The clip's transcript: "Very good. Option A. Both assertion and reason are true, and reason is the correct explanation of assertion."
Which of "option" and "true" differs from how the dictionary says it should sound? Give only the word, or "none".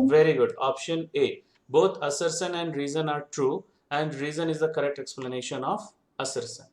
none